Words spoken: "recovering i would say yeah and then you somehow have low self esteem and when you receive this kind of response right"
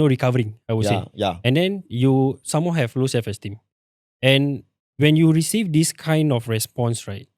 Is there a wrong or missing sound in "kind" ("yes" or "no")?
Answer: no